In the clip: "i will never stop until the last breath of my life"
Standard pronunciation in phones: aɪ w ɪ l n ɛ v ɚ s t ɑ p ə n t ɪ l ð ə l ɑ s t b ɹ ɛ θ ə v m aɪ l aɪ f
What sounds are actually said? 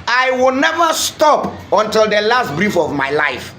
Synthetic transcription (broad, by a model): aɪ w ɪ l n ɛ v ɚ s t ɑ p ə n t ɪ l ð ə l ɑ s t b ɹ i f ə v m aɪ l aɪ f